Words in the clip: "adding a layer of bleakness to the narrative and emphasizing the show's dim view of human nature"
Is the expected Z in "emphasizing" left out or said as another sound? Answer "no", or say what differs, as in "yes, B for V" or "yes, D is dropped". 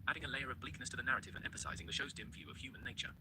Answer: no